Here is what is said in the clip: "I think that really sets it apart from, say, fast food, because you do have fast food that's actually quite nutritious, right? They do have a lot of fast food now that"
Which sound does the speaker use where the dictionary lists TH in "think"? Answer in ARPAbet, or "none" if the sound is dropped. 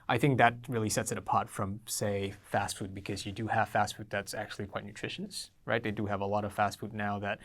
TH